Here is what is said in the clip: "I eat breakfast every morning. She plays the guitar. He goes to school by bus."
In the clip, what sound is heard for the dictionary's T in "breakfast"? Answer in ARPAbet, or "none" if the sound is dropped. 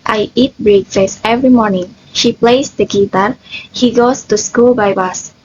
none